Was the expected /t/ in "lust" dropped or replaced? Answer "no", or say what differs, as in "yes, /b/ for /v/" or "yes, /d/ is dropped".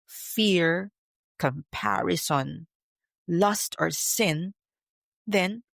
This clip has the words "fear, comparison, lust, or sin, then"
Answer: no